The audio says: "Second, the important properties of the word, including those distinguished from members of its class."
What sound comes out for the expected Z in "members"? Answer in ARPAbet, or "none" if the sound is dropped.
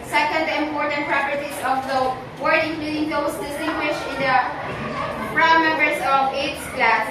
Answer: S